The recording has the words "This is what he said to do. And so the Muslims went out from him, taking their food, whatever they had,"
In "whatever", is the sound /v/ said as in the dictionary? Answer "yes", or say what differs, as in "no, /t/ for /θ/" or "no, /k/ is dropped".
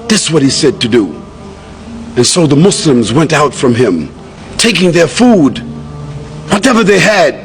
yes